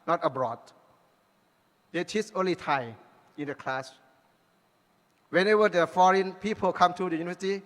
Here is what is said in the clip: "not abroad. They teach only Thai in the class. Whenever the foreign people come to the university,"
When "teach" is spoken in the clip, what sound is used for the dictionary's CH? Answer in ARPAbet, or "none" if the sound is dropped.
S